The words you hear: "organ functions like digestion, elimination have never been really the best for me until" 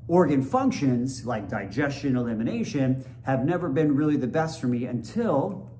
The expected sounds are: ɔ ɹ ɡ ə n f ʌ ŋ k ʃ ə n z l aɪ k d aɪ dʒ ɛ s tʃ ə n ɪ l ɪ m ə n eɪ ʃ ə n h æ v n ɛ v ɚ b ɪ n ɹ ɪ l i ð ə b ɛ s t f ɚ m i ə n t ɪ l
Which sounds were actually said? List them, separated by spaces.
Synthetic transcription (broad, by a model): ɔ ɹ ɡ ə n f ʌ ŋ k ʃ ə n z l aɪ k d aɪ dʒ ɛ s tʃ ə n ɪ l ɪ m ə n eɪ ʃ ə n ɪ v n ɛ v ɚ b ɪ n ɹ ɪ l i ð ə b ɛ s t f ɚ m i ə n t ɪ l